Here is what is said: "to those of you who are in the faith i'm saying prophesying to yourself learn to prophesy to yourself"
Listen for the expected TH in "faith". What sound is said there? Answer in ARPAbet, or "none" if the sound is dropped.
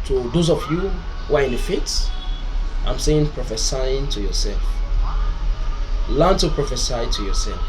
S